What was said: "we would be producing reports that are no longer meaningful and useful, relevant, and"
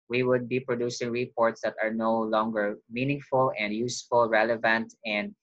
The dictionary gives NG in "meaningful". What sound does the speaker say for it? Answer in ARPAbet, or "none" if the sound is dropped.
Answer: NG